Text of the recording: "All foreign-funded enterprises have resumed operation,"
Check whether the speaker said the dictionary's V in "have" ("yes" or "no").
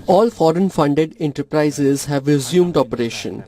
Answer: yes